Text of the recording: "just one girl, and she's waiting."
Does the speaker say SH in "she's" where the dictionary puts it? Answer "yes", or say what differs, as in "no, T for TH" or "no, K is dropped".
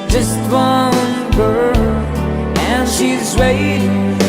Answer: yes